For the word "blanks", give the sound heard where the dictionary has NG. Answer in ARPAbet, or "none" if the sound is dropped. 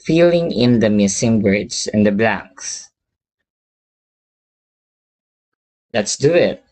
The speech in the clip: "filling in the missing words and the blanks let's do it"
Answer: NG